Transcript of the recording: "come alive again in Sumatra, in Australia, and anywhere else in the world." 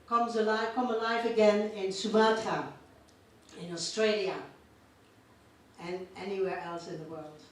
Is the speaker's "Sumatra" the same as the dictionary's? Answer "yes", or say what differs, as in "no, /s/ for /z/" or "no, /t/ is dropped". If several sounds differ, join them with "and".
no, /ɹ/ is dropped